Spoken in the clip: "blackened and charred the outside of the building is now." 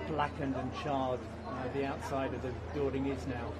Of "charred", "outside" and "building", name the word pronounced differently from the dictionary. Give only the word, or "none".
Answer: building